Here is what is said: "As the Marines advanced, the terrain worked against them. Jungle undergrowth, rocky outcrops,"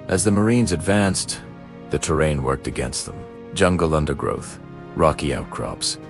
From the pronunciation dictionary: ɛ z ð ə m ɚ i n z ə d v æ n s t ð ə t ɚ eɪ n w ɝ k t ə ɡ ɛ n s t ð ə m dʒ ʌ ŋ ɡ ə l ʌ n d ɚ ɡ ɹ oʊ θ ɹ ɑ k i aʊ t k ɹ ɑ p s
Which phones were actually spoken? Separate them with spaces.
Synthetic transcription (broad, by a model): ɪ z ð ə m ɚ i n z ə d v æ n s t ð ə t ɚ eɪ n w ɝ k t ə ɡ ɛ n s t ð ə m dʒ ʌ ŋ ɡ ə l ʌ n d ɚ ɡ ɹ oʊ θ ɹ ɑ k i aʊ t k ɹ ɑ p s